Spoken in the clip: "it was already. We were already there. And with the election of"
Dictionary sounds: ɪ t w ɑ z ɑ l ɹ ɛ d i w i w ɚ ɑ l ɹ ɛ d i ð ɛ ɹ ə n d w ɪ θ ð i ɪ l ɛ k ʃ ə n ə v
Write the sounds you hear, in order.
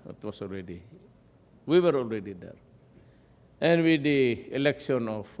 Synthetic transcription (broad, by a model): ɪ t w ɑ s ɑ l ɹ ɛ d i w i w ɚ ɑ l ɹ ɛ d i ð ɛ ɹ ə n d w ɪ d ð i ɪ l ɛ k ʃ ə n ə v